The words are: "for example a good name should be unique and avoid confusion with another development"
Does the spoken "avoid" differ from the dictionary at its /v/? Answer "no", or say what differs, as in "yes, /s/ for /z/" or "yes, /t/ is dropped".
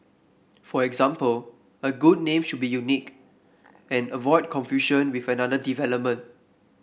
no